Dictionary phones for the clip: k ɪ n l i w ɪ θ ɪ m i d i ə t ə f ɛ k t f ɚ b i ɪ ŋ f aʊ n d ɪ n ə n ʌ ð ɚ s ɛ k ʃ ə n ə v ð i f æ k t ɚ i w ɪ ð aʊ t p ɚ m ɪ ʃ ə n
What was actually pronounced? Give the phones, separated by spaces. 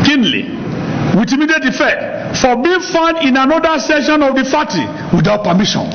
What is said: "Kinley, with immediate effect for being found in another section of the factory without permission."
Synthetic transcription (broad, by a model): k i n l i w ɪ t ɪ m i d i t ə f ɛ k t f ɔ b i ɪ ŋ f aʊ n d ɪ n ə n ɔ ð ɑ s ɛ ʃ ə n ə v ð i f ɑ t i w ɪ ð aʊ t p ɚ m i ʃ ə n